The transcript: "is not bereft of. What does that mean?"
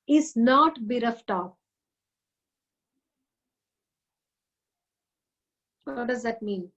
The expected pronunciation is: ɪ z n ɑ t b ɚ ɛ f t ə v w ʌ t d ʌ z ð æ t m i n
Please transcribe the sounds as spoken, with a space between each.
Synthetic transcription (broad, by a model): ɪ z n ɑ t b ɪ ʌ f t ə p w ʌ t d ʌ z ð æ t m i n